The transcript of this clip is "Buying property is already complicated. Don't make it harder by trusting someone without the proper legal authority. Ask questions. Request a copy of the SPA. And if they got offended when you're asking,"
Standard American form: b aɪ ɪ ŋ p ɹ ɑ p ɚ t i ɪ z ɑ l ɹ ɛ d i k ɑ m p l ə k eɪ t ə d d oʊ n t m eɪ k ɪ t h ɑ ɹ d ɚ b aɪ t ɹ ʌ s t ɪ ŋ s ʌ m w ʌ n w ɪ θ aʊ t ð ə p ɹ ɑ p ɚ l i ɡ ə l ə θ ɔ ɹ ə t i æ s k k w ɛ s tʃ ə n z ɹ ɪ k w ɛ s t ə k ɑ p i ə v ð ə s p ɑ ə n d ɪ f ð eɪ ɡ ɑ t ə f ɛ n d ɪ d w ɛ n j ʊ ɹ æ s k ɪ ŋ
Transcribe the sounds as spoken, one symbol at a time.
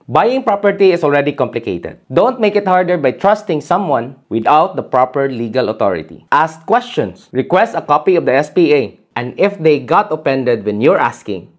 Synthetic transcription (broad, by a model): b aɪ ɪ ŋ p ɹ ɑ p ɚ t i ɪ s ɑ l ɹ ɛ d i k ɑ m p l ə k eɪ t ə d d oʊ n t m eɪ k ɪ t h ɑ ɹ d ɚ b aɪ t ɹ ʌ s t ɪ ŋ s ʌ m w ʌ n w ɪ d aʊ t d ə p ɹ ɑ p ɚ l i ɡ ə l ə t ɔ ɹ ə t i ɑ s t k w ɛ s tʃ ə n s ɹ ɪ k w ɛ s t ə k ɑ p i ə v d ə s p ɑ ə n d ɪ f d eɪ ɡ ɑ t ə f ɛ n d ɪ d w ɛ n j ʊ ɹ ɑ s k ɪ ŋ